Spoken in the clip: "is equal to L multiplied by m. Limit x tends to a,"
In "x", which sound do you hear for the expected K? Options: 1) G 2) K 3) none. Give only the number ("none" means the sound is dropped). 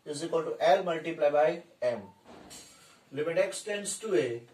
2